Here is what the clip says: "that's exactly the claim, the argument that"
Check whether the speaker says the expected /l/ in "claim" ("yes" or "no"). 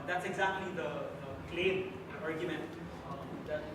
yes